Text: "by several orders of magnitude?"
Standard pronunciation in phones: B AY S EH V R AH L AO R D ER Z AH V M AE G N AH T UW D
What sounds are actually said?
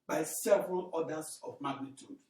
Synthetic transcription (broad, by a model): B AY S EH V R AH L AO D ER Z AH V M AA G N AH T UW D